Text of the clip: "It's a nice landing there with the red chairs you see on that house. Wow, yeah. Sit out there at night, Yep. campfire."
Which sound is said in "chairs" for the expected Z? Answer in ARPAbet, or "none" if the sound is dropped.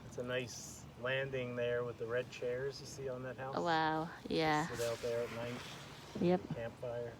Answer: Z